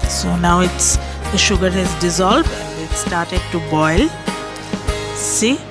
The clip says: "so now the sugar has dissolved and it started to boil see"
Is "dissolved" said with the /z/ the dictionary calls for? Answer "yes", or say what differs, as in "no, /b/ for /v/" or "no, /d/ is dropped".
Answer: yes